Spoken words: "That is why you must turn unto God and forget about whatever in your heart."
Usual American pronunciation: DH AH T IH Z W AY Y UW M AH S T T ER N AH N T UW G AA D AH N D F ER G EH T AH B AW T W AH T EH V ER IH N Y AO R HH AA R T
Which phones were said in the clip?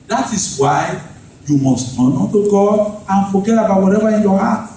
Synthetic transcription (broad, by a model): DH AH T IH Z W AY Y UW M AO S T T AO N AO T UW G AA AH N F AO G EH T AH B AW T W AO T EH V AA IH N Y AO HH AA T